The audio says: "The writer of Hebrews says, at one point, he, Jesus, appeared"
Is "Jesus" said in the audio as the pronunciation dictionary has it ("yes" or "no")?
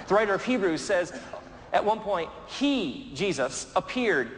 yes